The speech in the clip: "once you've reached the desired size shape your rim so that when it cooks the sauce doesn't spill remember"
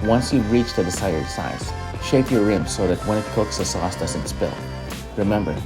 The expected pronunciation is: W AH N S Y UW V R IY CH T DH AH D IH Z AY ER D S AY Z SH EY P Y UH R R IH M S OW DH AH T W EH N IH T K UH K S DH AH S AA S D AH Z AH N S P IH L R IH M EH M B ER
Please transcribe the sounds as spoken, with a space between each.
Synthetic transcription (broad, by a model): W AH N S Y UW R IY CH T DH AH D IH S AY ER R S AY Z SH EY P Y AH R R IH M S OW DH AH T W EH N IH T K UH K S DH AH S AA S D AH S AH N S P IH L R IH M EH M B ER